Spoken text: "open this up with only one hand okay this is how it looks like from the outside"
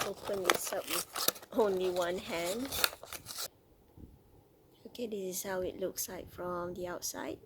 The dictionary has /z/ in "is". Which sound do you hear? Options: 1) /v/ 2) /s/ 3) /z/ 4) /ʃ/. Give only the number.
2